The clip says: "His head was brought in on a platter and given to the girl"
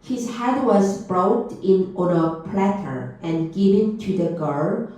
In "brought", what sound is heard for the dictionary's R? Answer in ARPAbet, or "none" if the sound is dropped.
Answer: R